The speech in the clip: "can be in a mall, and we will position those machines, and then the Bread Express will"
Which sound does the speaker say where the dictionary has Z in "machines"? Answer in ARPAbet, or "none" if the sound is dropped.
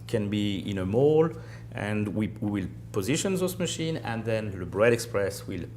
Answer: none